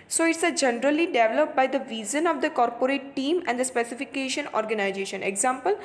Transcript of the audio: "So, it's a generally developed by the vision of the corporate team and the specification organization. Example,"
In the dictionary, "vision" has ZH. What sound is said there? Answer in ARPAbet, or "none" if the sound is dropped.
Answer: Z